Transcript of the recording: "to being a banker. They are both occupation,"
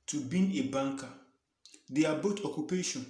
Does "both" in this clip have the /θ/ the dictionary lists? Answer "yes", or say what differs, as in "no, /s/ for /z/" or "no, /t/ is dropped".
no, /t/ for /θ/